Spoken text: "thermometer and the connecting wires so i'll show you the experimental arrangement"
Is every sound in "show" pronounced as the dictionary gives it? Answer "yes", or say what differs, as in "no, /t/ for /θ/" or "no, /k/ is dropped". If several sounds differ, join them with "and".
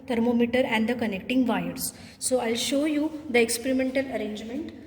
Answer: yes